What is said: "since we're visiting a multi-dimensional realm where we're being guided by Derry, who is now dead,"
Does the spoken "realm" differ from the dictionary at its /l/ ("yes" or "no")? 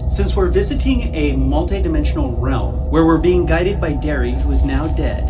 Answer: no